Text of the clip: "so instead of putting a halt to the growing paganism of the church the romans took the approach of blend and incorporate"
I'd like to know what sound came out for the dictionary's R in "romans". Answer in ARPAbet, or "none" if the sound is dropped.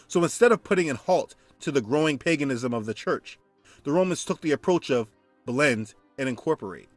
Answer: R